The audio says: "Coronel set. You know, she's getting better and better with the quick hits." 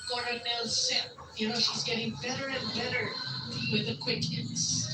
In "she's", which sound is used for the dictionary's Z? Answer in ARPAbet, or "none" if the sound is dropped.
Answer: Z